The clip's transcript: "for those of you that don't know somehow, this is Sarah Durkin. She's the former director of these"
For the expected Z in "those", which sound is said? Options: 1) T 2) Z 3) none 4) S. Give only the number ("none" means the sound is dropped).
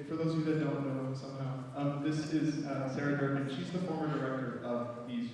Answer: 3